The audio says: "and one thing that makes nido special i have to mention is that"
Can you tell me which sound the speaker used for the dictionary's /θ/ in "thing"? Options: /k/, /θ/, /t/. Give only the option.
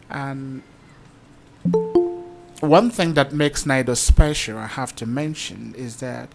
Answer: /θ/